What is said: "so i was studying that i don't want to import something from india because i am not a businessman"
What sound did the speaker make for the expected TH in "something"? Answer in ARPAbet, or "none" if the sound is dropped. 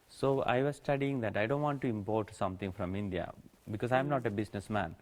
T